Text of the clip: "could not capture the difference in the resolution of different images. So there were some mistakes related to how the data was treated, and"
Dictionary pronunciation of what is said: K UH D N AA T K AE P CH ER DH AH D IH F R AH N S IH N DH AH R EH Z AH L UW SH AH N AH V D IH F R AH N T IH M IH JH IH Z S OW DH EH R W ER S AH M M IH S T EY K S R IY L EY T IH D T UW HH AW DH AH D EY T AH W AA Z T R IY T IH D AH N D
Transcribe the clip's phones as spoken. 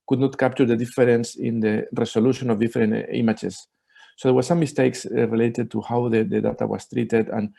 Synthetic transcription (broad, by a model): K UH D N AA T K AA P CH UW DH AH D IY F R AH N S IH N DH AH R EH S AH L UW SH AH N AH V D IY F R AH N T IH M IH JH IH S OW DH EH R W ER S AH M M IH S T EY K S R IY L EY T IH D T UW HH AW DH AH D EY T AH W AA S T R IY T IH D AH N